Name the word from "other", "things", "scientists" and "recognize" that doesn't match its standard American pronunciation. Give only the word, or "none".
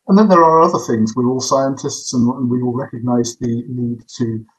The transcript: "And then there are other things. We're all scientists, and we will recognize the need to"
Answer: none